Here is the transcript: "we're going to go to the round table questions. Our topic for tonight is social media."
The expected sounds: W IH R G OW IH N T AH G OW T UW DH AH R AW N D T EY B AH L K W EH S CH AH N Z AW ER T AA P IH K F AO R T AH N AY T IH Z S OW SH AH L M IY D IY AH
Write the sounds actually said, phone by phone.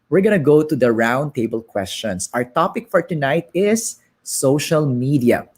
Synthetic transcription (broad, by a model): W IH R G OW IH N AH G OW T UW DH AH R AW N D T EY B AH L K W EH S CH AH N S AW ER T AA P IH K F AO R T AH N AY T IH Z S OW SH AH L M IY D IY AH